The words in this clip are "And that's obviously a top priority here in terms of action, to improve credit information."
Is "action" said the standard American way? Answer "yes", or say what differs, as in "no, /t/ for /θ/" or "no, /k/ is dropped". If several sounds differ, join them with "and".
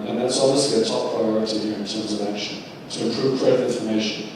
yes